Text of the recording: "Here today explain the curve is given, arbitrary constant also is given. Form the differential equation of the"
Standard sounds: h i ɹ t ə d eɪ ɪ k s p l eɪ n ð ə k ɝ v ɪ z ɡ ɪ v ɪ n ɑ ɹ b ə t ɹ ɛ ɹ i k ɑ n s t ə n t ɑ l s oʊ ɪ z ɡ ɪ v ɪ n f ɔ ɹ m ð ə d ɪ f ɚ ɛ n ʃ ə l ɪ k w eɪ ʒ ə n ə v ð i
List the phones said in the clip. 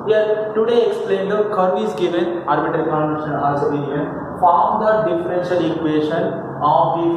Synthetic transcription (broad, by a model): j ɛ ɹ t ə d eɪ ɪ k s p l eɪ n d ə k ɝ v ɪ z ɡ ɪ v ɪ n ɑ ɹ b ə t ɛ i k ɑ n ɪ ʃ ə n ɑ s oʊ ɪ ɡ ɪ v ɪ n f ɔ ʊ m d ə d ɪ f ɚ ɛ n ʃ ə l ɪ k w eɪ ʃ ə n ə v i